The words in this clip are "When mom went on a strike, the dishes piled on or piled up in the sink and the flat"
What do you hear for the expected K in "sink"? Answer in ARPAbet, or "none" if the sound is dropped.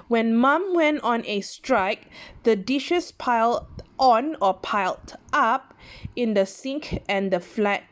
K